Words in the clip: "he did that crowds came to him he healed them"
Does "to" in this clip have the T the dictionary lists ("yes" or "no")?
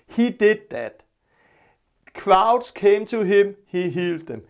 no